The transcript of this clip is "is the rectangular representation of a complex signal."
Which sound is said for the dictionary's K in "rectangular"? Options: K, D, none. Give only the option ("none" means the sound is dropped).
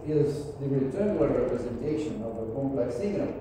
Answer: none